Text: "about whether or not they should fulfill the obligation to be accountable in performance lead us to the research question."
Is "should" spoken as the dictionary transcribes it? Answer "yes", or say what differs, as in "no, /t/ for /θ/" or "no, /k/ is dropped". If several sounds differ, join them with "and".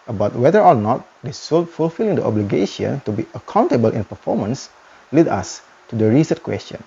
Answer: no, /s/ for /ʃ/